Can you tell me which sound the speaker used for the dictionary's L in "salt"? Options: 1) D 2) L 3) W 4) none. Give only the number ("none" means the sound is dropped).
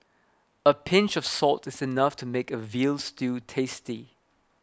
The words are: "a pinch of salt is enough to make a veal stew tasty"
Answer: 2